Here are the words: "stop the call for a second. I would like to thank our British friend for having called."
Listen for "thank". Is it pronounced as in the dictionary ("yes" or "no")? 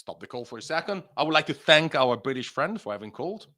yes